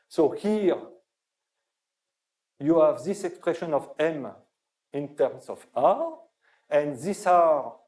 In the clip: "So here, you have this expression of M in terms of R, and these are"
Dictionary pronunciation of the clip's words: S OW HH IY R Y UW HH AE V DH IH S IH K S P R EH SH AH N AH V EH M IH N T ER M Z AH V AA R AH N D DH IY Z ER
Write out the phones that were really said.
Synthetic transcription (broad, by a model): S OW HH IY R Y UW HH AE V DH IH S IH K S P R EH SH AH N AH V EH M IH N T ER M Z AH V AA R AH N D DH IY S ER